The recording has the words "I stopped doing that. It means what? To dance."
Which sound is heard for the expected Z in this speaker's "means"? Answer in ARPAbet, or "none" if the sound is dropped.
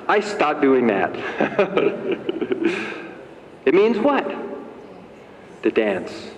Z